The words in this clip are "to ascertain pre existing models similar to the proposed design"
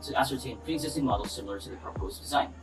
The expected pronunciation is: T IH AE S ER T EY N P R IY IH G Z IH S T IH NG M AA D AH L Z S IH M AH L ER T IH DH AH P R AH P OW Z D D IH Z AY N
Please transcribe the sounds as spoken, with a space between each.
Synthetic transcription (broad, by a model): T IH AE S ER T EY N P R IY IH G Z IH S T IH NG M AA D L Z S IH M L ER T IH DH AH P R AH P OW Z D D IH Z AY N